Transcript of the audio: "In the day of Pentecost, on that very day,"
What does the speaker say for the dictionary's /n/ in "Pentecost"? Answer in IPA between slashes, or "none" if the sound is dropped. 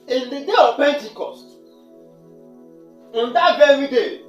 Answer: /n/